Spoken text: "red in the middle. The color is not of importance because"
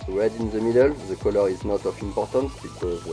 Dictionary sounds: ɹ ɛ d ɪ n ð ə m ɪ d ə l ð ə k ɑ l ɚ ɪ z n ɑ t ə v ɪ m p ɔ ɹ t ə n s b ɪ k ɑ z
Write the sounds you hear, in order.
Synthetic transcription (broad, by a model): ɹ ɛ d ɪ n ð ə m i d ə l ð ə k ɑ l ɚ ɪ z n ɑ t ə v ɪ m p ɔ ɹ t ə n s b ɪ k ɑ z